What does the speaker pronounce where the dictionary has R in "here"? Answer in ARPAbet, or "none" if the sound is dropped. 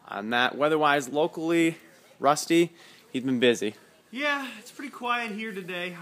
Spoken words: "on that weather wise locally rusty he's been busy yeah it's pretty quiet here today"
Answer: R